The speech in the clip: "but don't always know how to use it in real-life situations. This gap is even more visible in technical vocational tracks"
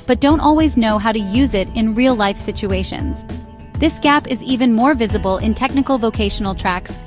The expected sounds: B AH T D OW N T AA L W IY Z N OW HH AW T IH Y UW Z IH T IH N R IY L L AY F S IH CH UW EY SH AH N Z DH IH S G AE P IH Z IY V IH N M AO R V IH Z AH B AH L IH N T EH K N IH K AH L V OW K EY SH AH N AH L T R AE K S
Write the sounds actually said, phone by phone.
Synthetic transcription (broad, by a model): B AH T D OW N T AA L W IY Z N OW HH AW T IH Y UW Z IH T IH N R IY L L AY F S IH CH UW EY SH AH N Z DH IH S G AE P IH Z IY V IH N M AO R V IH Z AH B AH L IH N T EH K N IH K L V OW K EY SH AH N L T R AE K S